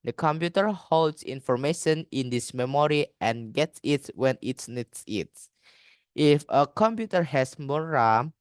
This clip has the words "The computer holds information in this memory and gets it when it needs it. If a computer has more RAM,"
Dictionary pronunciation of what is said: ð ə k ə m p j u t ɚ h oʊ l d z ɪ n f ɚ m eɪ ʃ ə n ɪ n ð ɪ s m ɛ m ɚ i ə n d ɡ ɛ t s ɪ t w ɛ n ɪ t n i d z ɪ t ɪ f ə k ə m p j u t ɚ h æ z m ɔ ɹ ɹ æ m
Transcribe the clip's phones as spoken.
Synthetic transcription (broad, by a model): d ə k ə m p j u t ɚ h oʊ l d s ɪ n f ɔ m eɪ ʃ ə n ɪ n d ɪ s m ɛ m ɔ i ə n ɡ ɛ t s ɪ t w ɛ n ɪ t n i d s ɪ t ɪ f ə k ə m p j u t ɚ h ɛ s m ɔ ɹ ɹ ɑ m